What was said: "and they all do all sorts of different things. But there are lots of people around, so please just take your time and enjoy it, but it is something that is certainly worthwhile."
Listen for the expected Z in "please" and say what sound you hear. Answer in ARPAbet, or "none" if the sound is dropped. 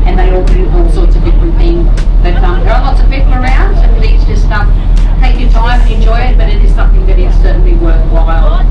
S